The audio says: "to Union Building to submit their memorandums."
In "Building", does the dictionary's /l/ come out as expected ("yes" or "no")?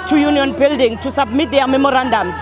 yes